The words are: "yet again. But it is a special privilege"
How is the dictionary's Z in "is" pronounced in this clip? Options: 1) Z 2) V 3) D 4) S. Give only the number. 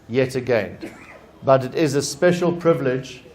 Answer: 1